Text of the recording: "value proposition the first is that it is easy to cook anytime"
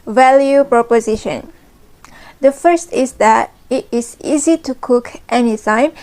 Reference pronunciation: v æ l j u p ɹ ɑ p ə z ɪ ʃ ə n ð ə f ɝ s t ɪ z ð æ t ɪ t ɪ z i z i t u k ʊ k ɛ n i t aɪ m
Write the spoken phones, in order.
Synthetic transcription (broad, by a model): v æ l j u p ɹ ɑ p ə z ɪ ʃ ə n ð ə f ɝ s t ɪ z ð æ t ɪ t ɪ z i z i t u k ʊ k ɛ n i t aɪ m